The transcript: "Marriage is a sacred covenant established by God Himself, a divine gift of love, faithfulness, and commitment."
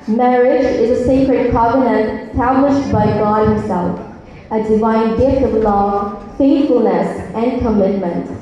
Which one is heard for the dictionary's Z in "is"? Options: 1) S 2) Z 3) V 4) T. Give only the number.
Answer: 2